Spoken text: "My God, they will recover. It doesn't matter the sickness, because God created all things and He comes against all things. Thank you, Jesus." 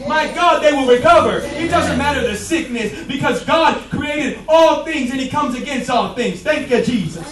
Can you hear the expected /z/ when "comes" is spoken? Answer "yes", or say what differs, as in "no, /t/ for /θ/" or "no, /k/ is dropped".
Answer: yes